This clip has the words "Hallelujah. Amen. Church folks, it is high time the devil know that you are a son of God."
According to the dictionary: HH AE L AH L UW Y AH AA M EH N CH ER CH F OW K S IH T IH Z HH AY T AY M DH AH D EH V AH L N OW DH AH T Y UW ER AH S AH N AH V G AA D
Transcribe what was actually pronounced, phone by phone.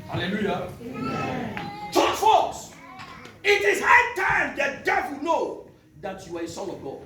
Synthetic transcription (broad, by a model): HH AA L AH L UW Y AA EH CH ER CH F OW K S IH T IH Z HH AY T AY M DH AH D EH V AH L N OW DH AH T Y UW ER AH S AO L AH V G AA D